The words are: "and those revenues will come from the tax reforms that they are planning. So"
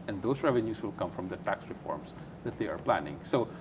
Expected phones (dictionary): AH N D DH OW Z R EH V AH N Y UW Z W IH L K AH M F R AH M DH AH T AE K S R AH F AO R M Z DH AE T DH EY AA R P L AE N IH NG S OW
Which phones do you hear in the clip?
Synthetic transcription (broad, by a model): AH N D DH OW S R EH V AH N Y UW S W IH L K AH M F R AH M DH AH T AE K S R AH F AO R M S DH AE T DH EY AA R P L AE N IH NG S OW